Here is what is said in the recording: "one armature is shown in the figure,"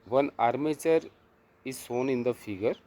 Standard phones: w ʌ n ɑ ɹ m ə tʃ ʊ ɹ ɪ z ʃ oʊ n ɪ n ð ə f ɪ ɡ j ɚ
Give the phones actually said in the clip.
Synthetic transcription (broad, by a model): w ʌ n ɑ ɹ m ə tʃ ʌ ɹ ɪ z s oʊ n ɪ n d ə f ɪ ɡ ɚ